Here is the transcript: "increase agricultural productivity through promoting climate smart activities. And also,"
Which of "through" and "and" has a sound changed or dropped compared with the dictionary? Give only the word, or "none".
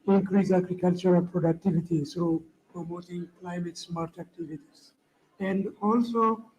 through